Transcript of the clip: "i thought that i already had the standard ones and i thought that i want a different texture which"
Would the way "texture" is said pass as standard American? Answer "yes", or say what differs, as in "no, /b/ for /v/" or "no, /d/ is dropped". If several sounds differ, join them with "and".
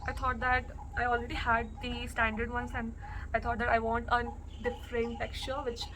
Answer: no, /s/ is dropped